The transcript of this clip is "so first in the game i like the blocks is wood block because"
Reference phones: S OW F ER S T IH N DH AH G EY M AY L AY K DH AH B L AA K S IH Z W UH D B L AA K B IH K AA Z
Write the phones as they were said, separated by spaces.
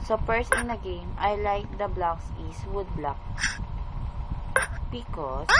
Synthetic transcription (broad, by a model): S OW P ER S IH N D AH G EY M AY L AY K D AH B L AA K S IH S W UH D B L AA K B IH K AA